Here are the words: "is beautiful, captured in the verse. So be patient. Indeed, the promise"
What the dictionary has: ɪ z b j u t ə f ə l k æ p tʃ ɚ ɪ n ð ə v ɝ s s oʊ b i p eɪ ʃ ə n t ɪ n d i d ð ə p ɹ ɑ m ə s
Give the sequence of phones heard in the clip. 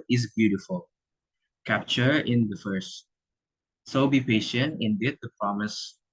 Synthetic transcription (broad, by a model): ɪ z b j u t ə f ə l k æ p tʃ ɚ ɪ n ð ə f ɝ s s oʊ b i p eɪ ʃ ə n t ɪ n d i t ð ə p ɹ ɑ m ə s